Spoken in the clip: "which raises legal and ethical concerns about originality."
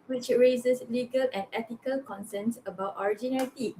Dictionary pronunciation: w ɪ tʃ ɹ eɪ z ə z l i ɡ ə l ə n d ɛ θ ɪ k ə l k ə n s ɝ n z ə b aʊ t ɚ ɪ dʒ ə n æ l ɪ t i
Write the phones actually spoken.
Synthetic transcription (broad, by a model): w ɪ tʃ ɹ eɪ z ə s l i ɡ ə l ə n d ɛ t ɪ k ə l k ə n s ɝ n s ə b aʊ t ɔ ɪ dʒ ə n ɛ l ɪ t i